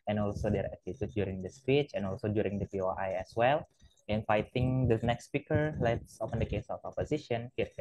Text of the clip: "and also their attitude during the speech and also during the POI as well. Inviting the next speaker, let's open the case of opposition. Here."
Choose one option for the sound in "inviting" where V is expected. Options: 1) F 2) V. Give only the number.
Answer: 1